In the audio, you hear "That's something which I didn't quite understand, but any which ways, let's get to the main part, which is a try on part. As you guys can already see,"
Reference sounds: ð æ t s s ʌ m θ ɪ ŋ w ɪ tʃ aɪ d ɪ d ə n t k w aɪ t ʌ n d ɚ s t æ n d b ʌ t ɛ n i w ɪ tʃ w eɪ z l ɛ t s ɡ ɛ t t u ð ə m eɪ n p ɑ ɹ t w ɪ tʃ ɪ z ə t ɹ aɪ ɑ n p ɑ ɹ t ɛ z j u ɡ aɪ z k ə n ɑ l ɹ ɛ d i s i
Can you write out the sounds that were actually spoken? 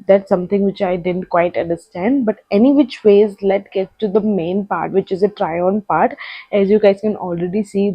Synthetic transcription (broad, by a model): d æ t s s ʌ m t ɪ ŋ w ɪ tʃ aɪ d ɪ d ə n t k w aɪ t ʌ n d ɚ s t æ n d b ʌ t ɛ n i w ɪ tʃ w eɪ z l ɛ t ɡ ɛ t t u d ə m eɪ n p ɑ ɹ t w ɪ tʃ ɪ z ə t ɹ aɪ ɑ n p ɑ ɹ t ɛ z j u ɡ aɪ z k ə n ɑ l ɹ ɛ d i s i